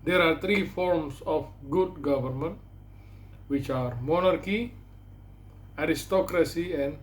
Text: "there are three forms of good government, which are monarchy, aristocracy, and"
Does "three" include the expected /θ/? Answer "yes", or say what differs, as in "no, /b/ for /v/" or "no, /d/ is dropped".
no, /t/ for /θ/